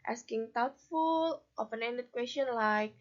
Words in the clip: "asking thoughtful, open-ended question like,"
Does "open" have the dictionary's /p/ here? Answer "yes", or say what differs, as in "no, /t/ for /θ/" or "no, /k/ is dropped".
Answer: no, /f/ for /p/